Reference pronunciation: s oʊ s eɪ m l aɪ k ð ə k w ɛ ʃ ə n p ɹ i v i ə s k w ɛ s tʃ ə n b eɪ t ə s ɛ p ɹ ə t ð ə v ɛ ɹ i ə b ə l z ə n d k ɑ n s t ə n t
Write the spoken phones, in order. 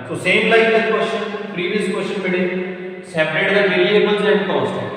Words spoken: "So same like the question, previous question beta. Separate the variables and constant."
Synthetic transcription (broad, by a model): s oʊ s eɪ m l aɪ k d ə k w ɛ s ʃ p ɹ i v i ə s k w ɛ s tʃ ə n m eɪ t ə s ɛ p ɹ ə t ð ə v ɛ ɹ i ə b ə n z ə n d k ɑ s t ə